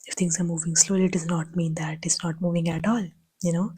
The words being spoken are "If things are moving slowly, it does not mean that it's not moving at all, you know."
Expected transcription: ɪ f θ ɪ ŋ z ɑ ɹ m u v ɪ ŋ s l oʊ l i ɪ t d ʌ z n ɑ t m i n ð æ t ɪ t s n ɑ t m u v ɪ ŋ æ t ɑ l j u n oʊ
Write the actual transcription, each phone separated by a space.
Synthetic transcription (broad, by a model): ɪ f t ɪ ŋ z ɑ ɹ m u v ɪ ŋ s l oʊ l i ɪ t d ʌ z n ɑ t m i n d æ t ɪ t s n ɑ t m u v ɪ ŋ æ t ɑ l j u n oʊ